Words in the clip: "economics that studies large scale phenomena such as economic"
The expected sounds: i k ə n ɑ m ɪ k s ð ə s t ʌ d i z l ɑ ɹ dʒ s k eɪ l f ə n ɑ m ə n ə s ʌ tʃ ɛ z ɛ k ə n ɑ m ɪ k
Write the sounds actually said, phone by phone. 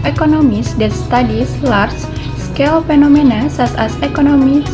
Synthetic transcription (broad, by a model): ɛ k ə n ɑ m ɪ s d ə s t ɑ d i s l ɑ ɹ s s k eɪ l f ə n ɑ m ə n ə s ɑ s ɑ s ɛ k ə n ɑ m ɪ